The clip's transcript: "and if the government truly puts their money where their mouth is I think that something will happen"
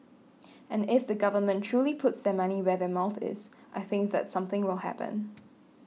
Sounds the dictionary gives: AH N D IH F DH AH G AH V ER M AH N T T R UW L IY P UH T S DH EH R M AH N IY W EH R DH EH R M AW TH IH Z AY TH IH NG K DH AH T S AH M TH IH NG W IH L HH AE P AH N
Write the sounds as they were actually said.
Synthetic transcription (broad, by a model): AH N IH F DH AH G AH V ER M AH N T T R UW L IY P UH T S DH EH M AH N IY W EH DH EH M AW TH IH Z AY TH IH NG K DH AH T S AH M TH IH NG W IH L HH AE P AH N